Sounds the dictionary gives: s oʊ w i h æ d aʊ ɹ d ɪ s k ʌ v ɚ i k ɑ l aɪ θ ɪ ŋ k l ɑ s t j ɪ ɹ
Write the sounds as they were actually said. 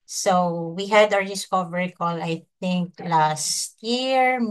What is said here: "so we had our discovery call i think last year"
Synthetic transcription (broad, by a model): s oʊ w i h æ d aʊ ɹ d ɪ s k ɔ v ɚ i k ɑ l aɪ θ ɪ ŋ k l ɑ s t j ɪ ɹ